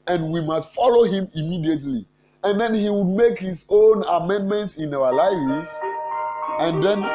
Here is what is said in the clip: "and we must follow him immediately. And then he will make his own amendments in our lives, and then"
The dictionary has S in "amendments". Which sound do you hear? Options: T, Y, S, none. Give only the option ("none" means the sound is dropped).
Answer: S